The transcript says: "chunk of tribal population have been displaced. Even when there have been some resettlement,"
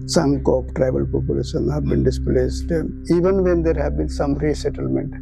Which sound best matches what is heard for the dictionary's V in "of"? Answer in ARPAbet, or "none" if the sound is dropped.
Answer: P